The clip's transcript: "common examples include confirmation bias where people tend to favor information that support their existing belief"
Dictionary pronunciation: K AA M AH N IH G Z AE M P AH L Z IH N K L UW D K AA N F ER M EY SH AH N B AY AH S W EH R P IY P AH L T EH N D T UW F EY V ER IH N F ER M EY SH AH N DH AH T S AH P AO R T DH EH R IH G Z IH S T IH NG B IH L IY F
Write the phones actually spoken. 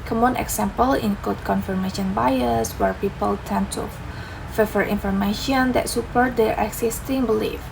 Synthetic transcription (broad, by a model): K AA M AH N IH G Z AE M P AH L IH N K AO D K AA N F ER M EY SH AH N B AY AH S W EH R P IY P AH L T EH N T UW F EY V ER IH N F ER M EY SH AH N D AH T S AH P AO R T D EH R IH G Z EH S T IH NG B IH L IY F